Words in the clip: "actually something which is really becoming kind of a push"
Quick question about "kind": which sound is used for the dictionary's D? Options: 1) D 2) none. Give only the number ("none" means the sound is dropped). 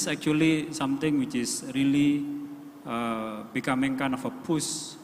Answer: 2